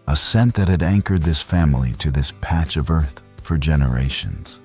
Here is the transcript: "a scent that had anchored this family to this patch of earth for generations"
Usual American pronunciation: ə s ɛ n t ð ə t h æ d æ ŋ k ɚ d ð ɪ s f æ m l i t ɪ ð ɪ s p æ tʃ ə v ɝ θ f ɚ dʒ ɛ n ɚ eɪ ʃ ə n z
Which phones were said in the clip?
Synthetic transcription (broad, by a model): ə s ɛ n ð ə t h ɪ d æ ŋ k ɚ d ð ɪ s f æ m l i t ɪ ð ɪ s p æ tʃ ə v ɝ θ f ɚ dʒ ɛ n ɚ eɪ ʃ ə n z